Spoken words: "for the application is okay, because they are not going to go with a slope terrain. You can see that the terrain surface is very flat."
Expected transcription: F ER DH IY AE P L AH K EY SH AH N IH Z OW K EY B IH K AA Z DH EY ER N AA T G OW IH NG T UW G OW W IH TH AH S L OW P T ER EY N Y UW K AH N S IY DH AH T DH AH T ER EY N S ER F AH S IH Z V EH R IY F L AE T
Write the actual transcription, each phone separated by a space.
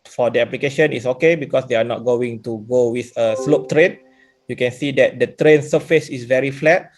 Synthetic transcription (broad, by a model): F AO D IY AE P L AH K EY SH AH N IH S OW K EY B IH K AA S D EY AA N AA T G OW IH NG T UW G OW W IH TH AH S L OW P T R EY N Y UW K AH N S IY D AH T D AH T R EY N S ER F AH S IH S V EH R IY F L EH T